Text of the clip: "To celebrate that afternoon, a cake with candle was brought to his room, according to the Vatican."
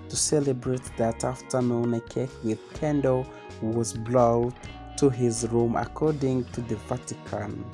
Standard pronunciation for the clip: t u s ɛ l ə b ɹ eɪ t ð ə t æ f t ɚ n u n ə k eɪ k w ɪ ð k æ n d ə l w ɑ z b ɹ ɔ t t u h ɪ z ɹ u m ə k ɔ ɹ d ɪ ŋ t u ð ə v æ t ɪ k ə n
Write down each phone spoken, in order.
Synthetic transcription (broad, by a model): t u s ɛ l ə b ɹ eɪ t ð ə t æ f t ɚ n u n ə k eɪ k w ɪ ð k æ n d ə w ɑ z b l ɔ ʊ t u h ɪ z ɹ u m ə k ɔ ɹ d ɪ ŋ t u ð ə v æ t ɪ k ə n